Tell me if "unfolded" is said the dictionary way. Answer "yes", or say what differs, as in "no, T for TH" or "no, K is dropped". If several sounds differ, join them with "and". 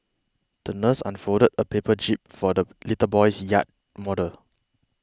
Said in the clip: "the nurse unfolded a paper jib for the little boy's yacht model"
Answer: no, L is dropped